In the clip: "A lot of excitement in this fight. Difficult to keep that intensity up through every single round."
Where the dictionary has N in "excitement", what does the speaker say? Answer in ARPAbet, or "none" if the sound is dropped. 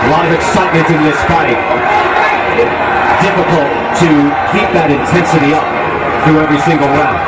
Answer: none